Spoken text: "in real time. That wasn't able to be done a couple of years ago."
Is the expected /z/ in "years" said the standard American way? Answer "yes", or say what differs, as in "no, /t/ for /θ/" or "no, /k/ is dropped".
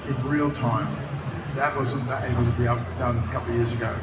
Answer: yes